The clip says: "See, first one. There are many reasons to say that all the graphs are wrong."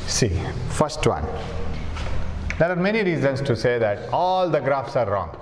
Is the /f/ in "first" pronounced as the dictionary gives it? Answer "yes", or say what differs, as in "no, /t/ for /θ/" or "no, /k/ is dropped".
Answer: yes